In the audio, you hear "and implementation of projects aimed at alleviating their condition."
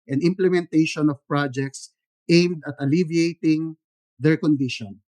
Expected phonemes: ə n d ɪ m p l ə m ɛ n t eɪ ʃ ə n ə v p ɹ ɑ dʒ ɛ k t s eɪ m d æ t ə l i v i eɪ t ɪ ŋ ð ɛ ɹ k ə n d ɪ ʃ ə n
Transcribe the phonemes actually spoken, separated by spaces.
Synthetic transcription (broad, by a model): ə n ɪ m p l ə m ɛ n t eɪ ʃ ə n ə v p ɹ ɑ dʒ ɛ k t s eɪ m d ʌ t ə l i v i eɪ t ɪ ŋ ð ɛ ɹ k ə n d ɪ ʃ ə n